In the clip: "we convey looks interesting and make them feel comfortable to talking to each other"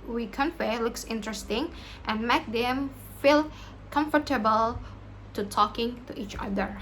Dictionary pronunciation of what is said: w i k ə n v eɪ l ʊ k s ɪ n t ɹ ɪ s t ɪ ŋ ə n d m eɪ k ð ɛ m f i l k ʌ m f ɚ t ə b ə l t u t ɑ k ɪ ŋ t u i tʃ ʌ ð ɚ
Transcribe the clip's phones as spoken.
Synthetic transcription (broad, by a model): w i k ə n f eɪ l ʊ k s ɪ n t ɹ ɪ s t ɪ ŋ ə n m eɪ k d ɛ m f i l k ʌ m f ɚ t ə b ə l t u t ɑ k ɪ ŋ t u i tʃ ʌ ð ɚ